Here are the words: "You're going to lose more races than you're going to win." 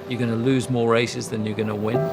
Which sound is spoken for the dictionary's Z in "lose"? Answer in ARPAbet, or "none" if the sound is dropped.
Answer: Z